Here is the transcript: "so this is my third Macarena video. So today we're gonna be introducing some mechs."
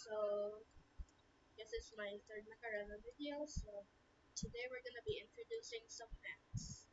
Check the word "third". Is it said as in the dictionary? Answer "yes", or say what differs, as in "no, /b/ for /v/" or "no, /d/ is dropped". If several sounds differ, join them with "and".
no, /t/ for /θ/